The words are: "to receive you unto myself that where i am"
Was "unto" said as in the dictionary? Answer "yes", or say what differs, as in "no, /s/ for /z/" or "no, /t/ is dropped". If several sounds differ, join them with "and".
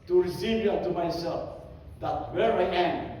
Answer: no, /n/ is dropped